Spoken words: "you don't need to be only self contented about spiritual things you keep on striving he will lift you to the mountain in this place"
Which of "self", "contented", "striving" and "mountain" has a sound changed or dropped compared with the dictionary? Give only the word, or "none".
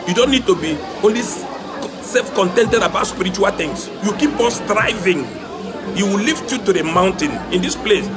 none